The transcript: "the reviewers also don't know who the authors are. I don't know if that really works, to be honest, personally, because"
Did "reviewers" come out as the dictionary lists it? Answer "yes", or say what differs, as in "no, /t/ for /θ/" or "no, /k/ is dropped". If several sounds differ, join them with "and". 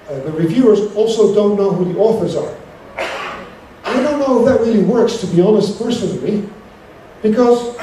yes